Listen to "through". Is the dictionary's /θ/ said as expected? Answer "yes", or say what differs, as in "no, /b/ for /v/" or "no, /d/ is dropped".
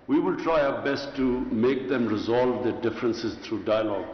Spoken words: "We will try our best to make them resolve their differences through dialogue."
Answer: no, /t/ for /θ/